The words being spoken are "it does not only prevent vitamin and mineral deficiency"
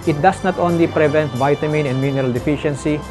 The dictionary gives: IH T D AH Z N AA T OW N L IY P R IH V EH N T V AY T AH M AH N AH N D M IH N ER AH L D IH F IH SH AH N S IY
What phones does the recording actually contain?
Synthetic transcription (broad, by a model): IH T D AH S N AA T OW N L IY P R IH V EH N T V AY T AH M AH N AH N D M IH N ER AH L D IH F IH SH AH N S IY